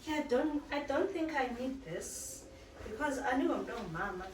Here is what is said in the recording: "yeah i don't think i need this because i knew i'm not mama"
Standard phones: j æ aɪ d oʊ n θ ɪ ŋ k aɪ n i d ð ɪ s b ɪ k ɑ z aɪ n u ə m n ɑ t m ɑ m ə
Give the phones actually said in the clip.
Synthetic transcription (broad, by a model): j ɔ aɪ d oʊ n θ ɪ ŋ k aɪ n i d ð ɪ s b ɪ k ɑ z aɪ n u ə m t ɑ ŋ m ɑ m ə